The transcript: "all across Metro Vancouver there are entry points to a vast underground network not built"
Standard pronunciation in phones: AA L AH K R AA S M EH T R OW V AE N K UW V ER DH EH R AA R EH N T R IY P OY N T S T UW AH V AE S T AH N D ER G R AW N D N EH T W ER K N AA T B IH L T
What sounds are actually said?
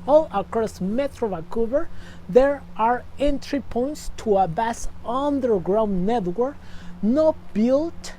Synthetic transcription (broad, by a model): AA L AH K R AA S M EH T R OW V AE K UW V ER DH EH R AA R EH N T R IY P OY N T S T UW AH B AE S AH N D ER G R AW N N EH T W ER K N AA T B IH L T